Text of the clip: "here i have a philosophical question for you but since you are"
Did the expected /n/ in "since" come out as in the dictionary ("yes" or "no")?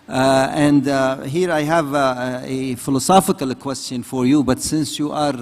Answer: yes